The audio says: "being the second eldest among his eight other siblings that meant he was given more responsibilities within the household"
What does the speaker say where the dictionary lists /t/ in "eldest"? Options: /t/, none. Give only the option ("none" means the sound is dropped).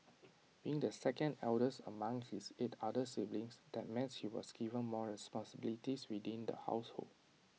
none